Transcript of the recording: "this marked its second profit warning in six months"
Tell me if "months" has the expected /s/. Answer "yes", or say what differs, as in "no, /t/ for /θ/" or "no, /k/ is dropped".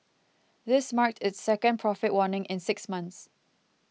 yes